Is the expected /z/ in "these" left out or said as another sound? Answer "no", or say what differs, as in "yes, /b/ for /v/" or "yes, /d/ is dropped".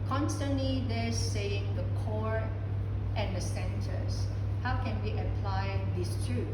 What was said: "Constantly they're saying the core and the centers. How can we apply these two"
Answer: yes, /s/ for /z/